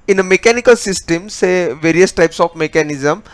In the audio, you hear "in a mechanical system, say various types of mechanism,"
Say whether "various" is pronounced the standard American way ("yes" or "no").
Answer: yes